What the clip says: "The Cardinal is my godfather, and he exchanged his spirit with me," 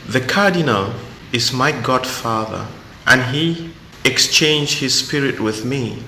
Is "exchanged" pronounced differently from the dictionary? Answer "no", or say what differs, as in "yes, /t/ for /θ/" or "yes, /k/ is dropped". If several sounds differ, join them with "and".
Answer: no